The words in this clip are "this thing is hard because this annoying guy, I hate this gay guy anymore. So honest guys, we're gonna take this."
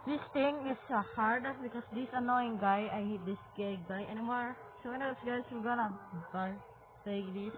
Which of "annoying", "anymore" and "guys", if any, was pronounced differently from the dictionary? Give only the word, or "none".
guys